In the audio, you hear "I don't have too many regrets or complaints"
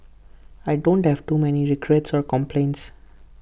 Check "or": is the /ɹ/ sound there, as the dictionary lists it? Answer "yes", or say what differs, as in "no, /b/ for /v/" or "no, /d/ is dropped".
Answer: yes